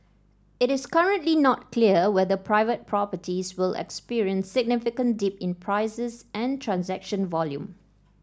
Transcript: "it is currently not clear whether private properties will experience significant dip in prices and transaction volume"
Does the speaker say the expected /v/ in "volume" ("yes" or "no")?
yes